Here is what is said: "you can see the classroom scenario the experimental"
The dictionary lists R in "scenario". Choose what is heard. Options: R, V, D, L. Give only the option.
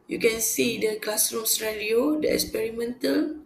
L